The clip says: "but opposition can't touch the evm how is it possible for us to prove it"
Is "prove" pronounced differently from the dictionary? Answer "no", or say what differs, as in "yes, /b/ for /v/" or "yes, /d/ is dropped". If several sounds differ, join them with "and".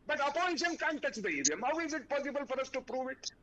no